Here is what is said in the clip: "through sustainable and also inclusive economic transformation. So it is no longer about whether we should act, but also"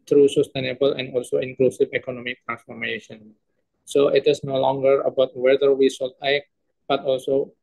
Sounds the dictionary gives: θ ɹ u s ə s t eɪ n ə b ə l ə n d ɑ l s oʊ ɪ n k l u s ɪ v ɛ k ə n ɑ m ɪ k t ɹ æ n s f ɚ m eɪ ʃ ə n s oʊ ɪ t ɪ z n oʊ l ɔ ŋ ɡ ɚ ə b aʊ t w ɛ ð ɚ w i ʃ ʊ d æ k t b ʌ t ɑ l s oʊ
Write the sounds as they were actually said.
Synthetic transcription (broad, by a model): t ɹ u s ə s t eɪ n ə b ə l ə n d ɑ l s oʊ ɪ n k l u s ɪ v ɛ k ə n ɑ m ɪ k t ɹ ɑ n s f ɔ m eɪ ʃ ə n s oʊ ɪ t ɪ s n oʊ l ɔ ŋ ɡ ɚ ə b aʊ t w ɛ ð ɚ w i s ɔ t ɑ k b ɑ t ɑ l s oʊ